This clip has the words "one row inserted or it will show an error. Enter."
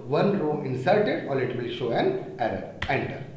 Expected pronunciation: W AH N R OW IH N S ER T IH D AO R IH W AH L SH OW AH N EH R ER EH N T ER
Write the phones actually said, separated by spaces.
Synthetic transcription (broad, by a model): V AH N R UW IH N S ER T IH D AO L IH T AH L SH OW AH N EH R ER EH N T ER